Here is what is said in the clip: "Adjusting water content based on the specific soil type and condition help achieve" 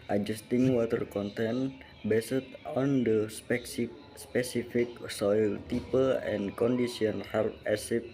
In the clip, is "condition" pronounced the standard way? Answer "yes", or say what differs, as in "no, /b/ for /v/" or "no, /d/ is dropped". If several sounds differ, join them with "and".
no, /s/ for /ʃ/